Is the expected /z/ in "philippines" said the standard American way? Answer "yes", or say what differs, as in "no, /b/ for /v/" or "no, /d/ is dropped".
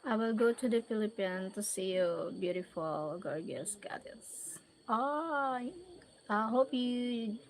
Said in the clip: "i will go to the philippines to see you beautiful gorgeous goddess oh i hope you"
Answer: no, /z/ is dropped